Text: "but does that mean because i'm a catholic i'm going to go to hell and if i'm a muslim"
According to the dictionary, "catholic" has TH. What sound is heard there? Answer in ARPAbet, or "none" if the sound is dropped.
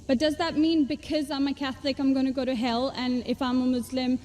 TH